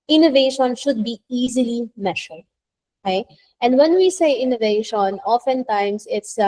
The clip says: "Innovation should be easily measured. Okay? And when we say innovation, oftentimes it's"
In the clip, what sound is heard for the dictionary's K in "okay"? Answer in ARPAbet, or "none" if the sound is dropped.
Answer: none